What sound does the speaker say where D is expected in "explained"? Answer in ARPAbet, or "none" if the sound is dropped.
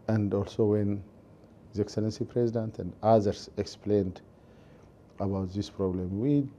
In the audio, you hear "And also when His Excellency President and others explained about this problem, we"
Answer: D